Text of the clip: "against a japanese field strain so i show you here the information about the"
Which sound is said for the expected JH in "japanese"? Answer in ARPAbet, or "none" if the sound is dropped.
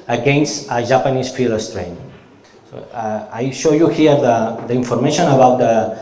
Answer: ZH